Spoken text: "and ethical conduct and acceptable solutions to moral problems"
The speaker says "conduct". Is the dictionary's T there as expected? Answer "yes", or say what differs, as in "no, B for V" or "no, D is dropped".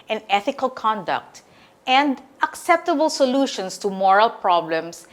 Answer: yes